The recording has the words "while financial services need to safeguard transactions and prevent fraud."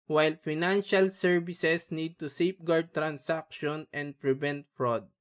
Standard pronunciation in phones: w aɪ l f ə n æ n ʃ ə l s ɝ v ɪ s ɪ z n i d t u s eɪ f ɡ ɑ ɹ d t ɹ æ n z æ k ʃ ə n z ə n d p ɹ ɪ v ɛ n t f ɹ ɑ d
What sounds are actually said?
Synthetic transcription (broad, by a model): w aɪ l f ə n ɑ n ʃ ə l s ɝ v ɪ s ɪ s n i d t u s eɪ p ɡ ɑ ɹ d t ɹ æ n s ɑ k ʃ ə n ə n d p ɹ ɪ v ɛ n t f ɹ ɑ d